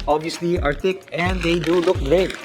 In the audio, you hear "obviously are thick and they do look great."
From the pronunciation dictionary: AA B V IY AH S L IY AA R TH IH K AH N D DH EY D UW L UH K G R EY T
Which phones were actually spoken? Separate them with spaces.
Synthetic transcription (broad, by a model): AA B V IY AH S L IY AA R T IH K AH N D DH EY D UW L UH K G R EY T